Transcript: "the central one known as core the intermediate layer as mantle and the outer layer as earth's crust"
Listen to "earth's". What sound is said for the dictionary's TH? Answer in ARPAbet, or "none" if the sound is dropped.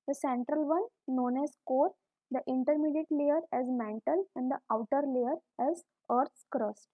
T